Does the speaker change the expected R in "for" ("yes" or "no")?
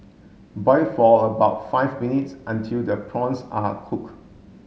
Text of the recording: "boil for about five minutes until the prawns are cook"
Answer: yes